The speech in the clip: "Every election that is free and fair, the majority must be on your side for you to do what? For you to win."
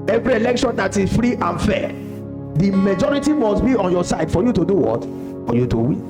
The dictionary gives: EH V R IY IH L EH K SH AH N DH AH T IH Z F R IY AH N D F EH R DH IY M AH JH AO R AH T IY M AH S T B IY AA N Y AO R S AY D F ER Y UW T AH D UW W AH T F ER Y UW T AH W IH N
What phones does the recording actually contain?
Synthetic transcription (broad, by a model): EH V R IY IH L EH K SH AH N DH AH T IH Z F R IY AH N F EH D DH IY M AH JH AO R AH T IY M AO S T B IY AA N Y AO S AY D F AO Y UW T AH D UW W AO T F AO Y UW T AH W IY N